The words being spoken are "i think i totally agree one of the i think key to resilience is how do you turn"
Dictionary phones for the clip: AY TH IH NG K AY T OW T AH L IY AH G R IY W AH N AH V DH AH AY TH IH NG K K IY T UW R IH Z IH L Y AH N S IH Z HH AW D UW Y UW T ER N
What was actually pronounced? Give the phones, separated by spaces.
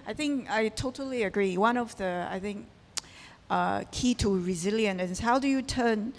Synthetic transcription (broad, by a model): AY TH IH NG K AY T OW T AH L IY AH G R IY W AH N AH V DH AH AY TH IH NG K K IY T UW R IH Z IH L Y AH N IH S HH AW D UW Y UW T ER N